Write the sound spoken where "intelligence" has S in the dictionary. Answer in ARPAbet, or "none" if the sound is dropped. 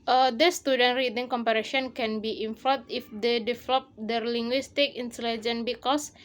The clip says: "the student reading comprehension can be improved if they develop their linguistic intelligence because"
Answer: none